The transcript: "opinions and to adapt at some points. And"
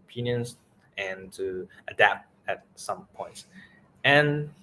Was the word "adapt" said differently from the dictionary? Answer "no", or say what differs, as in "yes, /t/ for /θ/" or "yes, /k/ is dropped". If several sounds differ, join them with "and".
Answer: no